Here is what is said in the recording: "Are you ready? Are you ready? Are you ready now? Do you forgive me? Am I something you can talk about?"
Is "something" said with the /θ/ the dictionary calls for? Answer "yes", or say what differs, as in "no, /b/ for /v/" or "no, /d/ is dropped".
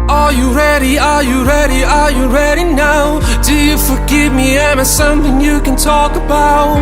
yes